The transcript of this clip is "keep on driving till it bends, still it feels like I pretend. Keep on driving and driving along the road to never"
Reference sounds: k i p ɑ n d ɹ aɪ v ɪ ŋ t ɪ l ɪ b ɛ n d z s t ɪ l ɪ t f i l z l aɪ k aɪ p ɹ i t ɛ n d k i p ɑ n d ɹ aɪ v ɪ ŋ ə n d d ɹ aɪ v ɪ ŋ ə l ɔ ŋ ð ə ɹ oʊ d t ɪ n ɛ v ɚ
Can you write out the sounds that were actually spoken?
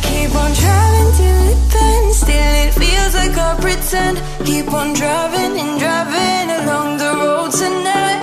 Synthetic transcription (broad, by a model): k i p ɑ n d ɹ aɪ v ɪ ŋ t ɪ ɪ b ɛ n s t ɪ l ɪ t f i l z l aɪ k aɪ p ɹ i s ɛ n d k i p n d ɹ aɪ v ɪ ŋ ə n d d ɹ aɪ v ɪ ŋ ə l ɔ ŋ ð ə ɹ oʊ d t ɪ n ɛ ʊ